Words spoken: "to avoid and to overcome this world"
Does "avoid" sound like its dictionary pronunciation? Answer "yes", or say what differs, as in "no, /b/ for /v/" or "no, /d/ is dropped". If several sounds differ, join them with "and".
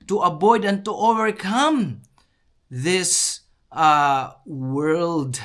no, /b/ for /v/